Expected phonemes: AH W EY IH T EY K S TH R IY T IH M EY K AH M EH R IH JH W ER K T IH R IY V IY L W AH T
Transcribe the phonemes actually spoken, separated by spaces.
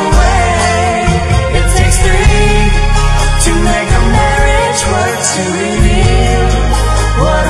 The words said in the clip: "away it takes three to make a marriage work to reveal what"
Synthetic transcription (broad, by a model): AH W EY IH T EY K S TH R IY T IH M EY K AH M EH R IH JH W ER T IH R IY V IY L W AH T